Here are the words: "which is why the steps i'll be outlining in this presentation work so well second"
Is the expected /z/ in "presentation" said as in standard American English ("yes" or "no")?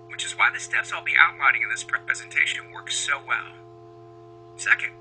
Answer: yes